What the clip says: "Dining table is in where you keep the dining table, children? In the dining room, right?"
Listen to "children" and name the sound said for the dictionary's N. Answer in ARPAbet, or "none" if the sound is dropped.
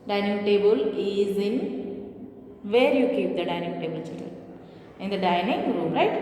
L